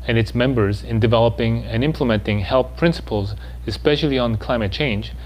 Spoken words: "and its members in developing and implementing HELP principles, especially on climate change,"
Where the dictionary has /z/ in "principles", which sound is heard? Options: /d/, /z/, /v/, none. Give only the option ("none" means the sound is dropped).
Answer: /z/